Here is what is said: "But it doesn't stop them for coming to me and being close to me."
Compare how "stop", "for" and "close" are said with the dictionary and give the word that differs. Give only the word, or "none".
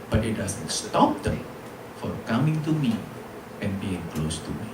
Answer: none